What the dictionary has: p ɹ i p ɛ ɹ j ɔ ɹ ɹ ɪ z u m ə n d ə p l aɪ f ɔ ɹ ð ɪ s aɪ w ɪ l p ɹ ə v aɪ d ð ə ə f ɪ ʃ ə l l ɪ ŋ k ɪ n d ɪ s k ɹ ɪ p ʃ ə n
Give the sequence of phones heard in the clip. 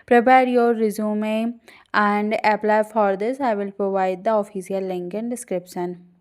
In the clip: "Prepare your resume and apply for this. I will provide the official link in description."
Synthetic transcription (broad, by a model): p ɹ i p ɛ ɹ j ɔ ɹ ɹ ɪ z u m ə n d ə p l aɪ f ɔ ɹ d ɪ s aɪ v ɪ l p ɹ ə v aɪ d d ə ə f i s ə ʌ l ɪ ŋ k ɪ n d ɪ s k ɹ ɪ p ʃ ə n